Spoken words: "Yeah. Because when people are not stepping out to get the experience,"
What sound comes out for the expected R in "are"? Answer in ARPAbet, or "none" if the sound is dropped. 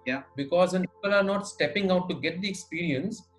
R